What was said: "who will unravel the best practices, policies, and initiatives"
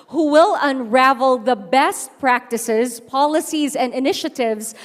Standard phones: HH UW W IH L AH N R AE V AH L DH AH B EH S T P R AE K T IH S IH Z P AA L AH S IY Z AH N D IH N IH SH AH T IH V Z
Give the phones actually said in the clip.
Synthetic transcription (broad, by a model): HH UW W IH L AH N R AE V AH L DH AH B EH S T P R AE K T IH S IH Z P AA L AH S IY Z AH N D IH N IH SH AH T IH V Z